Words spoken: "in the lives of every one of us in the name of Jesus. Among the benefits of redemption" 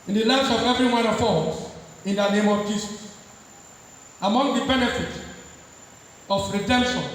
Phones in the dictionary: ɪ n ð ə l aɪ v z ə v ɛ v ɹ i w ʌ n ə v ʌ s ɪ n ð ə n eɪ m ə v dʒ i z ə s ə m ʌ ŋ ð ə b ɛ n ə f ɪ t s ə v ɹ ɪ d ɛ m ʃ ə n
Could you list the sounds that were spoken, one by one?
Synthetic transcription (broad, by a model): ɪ n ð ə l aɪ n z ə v ɛ v ɹ i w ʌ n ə f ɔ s ɪ n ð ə n eɪ m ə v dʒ i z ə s ə m ʌ ŋ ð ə b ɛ n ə f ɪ t ə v ɹ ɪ d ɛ m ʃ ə n